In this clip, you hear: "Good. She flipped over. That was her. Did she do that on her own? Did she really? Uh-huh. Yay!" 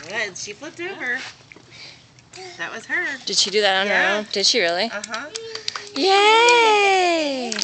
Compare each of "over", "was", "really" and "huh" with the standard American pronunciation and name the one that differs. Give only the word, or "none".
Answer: over